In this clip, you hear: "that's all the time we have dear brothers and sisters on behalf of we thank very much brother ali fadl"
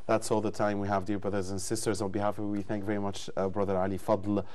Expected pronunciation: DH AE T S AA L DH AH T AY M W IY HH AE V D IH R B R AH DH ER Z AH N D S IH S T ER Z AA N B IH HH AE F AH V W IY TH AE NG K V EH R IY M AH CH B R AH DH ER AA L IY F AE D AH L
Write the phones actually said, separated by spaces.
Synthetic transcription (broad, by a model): DH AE T S AA L DH AH T AY M W IY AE V D IH R B R AH DH ER Z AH N S IH S T ER Z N B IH HH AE F AH V W IY TH AE NG K V EH R IY M AH CH B R AH DH ER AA L IY F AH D L